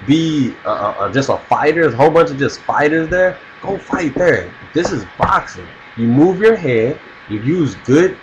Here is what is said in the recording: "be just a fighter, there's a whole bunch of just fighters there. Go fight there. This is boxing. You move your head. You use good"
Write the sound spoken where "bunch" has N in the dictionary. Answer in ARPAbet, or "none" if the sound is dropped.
N